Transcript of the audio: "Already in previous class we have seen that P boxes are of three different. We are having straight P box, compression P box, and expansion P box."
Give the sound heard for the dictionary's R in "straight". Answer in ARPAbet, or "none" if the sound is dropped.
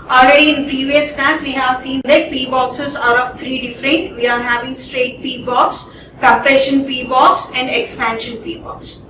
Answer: R